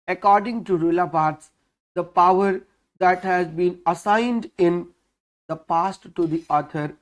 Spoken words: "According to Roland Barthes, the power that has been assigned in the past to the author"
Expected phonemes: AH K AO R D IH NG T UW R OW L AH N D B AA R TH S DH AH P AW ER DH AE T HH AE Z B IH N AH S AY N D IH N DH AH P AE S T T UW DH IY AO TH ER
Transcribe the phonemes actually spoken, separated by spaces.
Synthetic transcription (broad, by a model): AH K AO R D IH NG T UW R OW L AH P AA R T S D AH P AW ER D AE T HH AE Z B IH N AH S AY N D IH N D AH P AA S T T UW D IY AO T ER